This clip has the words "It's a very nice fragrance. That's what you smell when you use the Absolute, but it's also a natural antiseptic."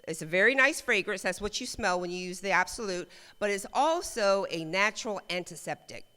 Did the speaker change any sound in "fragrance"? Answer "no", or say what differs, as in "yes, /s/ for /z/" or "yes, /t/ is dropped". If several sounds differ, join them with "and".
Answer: no